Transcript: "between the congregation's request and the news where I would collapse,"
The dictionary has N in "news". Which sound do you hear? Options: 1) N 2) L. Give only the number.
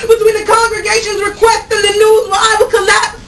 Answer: 2